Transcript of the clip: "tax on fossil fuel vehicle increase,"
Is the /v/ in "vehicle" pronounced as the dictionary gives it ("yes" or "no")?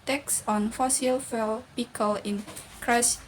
no